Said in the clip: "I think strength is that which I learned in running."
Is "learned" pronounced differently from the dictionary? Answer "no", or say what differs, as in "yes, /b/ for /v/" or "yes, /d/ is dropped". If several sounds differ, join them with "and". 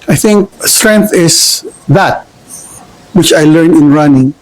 yes, /d/ is dropped